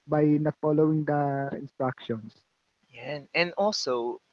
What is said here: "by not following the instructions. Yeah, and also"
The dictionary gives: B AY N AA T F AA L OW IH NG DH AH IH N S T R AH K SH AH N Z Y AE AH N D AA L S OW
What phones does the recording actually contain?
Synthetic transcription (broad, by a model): B AY N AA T F AA L OW IH NG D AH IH N S T R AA K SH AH N S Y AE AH N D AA L S OW